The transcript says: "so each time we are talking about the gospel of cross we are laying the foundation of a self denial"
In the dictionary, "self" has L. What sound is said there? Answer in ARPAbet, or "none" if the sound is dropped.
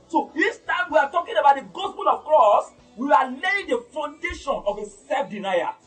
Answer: none